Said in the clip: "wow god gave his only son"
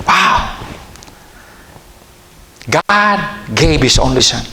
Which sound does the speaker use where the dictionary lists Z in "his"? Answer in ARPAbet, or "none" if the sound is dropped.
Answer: S